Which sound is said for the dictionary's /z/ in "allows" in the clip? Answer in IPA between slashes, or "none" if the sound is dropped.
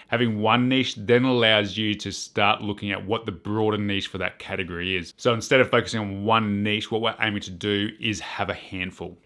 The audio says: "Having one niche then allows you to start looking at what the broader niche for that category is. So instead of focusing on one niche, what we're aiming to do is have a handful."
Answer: /z/